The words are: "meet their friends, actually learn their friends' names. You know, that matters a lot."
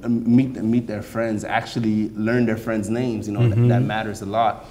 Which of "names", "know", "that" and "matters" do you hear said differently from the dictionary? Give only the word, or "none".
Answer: none